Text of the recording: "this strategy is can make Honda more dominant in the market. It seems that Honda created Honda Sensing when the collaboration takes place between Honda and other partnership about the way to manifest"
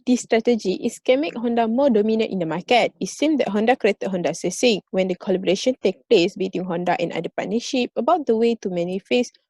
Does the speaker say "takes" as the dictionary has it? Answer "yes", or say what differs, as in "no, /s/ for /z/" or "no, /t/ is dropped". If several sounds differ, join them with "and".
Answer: no, /s/ is dropped